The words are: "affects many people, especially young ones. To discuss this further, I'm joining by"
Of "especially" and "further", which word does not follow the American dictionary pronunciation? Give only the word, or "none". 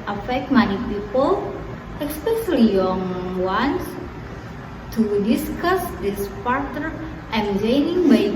further